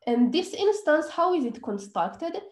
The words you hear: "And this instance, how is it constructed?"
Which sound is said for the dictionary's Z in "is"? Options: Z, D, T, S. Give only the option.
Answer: Z